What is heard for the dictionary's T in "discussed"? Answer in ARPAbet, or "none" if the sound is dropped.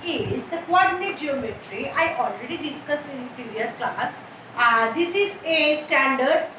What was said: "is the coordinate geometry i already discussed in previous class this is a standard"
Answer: none